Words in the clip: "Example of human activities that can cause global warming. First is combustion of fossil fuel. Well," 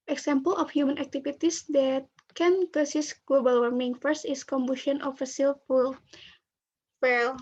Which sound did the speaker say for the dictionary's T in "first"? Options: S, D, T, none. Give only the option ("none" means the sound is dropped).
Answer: T